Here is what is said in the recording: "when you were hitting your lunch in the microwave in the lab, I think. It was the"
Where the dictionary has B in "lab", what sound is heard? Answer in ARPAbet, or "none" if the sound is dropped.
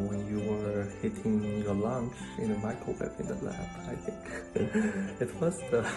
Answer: none